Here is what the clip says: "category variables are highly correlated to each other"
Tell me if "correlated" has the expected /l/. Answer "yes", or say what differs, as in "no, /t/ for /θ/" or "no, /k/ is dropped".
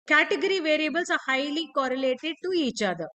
yes